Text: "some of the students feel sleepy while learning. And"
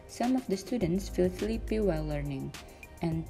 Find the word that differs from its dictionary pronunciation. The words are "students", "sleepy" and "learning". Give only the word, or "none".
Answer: sleepy